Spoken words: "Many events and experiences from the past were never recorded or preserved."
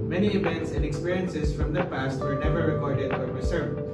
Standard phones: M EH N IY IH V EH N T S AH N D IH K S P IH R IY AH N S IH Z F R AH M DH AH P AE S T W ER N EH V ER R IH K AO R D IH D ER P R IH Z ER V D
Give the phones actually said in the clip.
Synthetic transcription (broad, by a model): M EH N IY IH V EH N T S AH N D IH K S P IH R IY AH N S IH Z F R AH M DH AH P AE S T W ER N EH V ER R IH K AO R D IH D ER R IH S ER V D